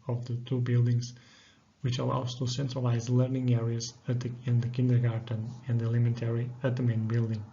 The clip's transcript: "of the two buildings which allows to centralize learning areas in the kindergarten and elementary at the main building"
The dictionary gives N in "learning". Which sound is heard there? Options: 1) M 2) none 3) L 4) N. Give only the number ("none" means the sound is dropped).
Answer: 4